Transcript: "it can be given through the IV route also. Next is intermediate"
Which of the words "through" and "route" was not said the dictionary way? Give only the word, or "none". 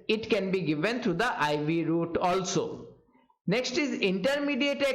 through